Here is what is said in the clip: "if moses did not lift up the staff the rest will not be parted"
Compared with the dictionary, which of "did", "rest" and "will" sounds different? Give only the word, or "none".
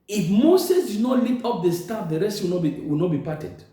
will